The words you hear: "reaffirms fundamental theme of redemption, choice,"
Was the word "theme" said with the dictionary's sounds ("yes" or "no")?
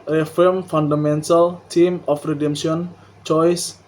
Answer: no